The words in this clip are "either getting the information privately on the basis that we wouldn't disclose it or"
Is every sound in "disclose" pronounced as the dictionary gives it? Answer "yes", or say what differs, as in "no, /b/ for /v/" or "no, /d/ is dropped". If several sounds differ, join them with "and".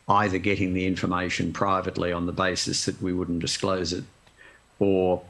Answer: yes